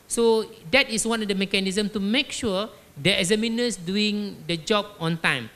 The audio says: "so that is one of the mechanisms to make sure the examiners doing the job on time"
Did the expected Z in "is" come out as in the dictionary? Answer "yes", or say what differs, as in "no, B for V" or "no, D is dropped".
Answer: no, S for Z